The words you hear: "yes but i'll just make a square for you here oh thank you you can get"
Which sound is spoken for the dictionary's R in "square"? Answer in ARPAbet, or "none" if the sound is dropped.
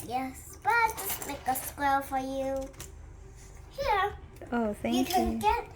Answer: L